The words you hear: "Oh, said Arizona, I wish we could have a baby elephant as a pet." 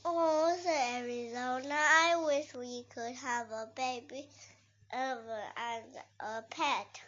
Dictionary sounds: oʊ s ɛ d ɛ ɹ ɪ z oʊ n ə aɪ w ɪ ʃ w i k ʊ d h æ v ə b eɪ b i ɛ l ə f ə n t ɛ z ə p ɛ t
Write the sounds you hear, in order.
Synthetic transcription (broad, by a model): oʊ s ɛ ɛ ɹ ɪ z oʊ n ə aɪ w ɪ ʃ w i k ʊ d h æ v ə b eɪ b i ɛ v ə ə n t ə p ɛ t